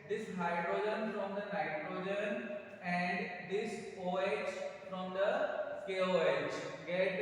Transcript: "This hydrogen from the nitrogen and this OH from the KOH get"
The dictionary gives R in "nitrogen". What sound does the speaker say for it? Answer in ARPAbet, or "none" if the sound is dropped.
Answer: R